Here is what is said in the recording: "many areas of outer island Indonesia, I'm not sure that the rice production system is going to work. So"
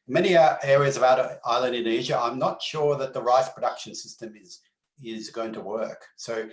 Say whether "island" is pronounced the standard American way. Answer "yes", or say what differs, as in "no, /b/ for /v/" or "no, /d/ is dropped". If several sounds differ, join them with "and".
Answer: yes